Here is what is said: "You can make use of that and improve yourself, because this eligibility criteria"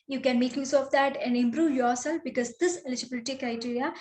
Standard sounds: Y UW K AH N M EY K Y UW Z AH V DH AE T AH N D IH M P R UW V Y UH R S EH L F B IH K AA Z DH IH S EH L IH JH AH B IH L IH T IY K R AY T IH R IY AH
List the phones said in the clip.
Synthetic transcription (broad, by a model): Y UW K AH N M EY K Y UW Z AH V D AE T AH N D IH M P R UW V Y UH R S EH L F B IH K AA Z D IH S EH L IH JH AH B IH L IH T IY K R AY T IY R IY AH